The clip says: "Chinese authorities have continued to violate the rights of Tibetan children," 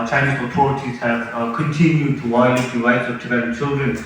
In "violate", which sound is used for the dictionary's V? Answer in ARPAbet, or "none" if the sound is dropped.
W